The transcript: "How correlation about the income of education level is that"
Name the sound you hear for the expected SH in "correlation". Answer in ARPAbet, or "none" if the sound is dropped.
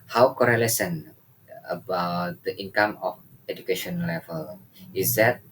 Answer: S